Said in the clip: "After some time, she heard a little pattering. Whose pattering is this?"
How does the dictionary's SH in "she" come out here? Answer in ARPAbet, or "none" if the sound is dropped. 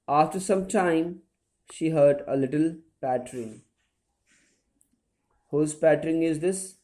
SH